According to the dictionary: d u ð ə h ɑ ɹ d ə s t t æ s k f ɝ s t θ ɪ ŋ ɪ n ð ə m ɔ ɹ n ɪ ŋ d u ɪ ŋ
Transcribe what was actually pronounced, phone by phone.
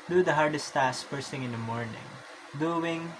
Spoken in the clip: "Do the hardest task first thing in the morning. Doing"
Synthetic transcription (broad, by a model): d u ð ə h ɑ ɹ d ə s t t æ s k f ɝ s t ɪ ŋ ɪ n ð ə m ɔ ɹ n ɪ ŋ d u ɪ ŋ